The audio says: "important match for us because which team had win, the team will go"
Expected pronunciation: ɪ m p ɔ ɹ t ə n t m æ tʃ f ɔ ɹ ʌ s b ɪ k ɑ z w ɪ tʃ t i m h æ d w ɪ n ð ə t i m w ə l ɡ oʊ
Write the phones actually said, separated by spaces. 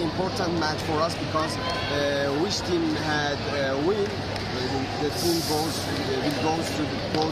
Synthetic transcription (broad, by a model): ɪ m p ɔ ɹ t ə n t m æ tʃ f ɔ ɹ ʌ s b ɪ k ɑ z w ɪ s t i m h æ d w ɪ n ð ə t i m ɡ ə w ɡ oʊ